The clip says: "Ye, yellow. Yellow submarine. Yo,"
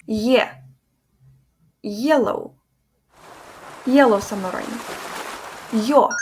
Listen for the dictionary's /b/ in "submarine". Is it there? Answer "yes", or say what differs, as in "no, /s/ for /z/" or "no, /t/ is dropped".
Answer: no, /b/ is dropped